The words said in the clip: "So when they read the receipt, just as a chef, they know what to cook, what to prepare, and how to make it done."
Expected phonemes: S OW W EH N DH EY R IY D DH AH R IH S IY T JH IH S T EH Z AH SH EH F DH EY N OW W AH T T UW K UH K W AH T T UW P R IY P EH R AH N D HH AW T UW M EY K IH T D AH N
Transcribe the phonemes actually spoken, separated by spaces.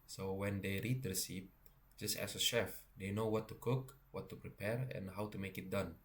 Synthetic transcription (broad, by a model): S OW W EH N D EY R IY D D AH S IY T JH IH S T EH S AH SH EH F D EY N OW W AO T T UW K UH K W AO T T UW P R IY P EH R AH N HH AW T UW M EY K IH T D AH N